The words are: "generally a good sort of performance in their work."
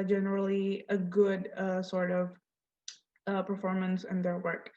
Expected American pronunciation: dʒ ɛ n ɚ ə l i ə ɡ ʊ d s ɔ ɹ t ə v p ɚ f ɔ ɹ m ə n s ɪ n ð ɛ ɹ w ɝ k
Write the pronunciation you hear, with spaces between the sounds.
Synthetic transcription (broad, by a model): dʒ ɛ n ɚ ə l i ə ɡ ʊ d s ɔ ɹ t ə v p ɚ f ɔ ɹ m ə n s ɪ n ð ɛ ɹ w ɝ k